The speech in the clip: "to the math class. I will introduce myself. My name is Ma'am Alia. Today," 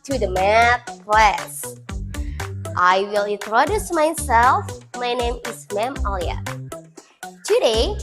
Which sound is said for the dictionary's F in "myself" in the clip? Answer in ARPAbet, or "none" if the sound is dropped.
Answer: F